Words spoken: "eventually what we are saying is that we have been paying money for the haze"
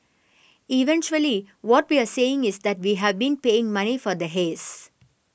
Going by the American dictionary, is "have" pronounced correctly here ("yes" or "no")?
yes